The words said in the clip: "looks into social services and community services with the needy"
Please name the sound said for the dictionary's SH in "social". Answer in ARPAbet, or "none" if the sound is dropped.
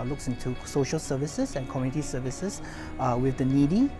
SH